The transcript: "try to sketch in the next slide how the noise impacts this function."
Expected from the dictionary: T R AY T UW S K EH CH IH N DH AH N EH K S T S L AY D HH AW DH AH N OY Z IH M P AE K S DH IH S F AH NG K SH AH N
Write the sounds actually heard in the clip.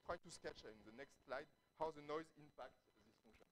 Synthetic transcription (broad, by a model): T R AY T UW S K EH CH IH N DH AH N EH K S T S L AY D HH AW DH AH N OY Z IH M P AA K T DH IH S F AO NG K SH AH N